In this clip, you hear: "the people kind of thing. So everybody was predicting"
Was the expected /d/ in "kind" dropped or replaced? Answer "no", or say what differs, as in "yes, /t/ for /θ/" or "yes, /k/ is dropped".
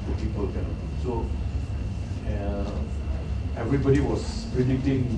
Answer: yes, /d/ is dropped